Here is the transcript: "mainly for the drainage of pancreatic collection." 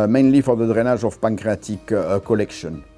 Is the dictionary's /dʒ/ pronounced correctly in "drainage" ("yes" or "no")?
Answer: no